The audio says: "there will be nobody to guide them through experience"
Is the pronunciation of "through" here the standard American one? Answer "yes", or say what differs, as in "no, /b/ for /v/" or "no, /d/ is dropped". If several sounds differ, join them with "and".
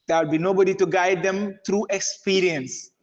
no, /t/ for /θ/